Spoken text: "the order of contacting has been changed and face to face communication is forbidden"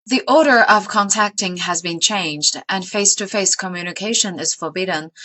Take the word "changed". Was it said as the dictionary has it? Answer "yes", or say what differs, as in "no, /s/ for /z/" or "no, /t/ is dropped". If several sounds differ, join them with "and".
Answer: yes